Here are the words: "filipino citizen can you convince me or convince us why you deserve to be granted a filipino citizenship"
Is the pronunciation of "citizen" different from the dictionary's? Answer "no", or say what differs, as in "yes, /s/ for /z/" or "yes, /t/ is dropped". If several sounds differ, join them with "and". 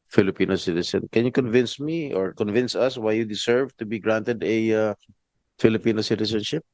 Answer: yes, /s/ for /z/